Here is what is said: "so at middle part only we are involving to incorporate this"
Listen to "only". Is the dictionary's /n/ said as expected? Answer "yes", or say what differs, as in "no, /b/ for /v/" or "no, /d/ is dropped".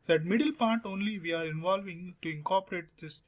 yes